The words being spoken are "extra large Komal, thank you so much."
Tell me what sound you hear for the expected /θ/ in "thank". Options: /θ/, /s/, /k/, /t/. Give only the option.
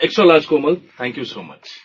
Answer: /t/